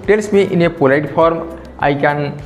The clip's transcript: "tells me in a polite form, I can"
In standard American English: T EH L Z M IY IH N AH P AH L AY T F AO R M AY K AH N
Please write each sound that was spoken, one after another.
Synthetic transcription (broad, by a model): T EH L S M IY IH N AH P AH L AY T P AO R M AY K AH N